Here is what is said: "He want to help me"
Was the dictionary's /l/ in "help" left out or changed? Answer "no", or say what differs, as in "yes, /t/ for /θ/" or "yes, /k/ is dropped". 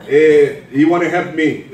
yes, /l/ is dropped